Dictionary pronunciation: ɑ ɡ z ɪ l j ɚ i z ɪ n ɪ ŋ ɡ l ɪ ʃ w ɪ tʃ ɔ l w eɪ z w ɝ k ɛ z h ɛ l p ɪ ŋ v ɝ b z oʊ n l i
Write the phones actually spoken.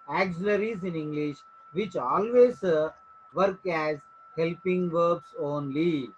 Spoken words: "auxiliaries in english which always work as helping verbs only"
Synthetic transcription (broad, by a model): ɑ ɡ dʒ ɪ l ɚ i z ɪ n ɪ ŋ ɡ l ɪ ʃ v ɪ tʃ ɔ l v eɪ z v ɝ k ɛ z h ɛ l p ɪ ŋ v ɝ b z oʊ n l i